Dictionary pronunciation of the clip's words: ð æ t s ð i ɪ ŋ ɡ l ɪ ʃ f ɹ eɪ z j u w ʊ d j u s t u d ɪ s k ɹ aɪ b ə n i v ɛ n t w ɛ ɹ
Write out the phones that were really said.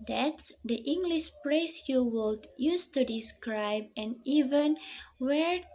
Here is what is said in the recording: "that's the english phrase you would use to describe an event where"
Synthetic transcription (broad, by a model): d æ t s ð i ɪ ŋ ɡ l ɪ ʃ p ɹ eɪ s j u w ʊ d j u s t u d ɪ s k ɹ aɪ b ə n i v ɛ n w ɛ ɹ